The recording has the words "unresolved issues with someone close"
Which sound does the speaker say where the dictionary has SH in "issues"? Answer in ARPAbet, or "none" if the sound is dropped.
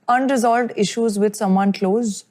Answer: SH